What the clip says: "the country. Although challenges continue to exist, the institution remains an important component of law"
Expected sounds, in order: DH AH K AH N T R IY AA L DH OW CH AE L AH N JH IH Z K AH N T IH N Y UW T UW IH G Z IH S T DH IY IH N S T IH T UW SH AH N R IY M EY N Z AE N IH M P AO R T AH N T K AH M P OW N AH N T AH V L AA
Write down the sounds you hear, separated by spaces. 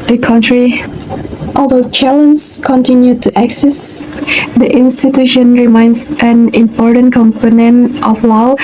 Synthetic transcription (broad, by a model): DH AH K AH N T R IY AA L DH OW CH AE L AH N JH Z K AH N T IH N Y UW T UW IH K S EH S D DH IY IH N S T IH T UW SH AH N R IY M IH N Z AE N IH M P AO R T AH N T K AH M P OW N AH N T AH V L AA